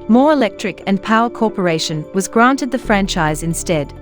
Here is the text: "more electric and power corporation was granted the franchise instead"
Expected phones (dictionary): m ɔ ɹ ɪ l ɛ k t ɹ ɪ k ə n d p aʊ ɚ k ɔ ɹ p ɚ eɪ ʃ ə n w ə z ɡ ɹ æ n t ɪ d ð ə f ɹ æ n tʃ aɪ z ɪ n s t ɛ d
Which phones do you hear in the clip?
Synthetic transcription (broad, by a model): m ɔ ɹ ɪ l ɛ k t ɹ ɪ k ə n p aʊ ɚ k ɔ ɹ p ɚ eɪ ʃ ə n w ə z ɡ ɹ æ n t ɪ d ð ə f ɹ æ n tʃ aɪ z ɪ n s t ɛ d